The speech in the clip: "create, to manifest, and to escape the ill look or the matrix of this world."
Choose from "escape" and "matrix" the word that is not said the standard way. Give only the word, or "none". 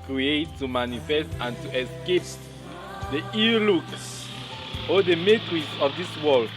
matrix